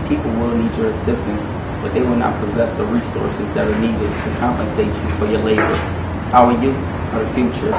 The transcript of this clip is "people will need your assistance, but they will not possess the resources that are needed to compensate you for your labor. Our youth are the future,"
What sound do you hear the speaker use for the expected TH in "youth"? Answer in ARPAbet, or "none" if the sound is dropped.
F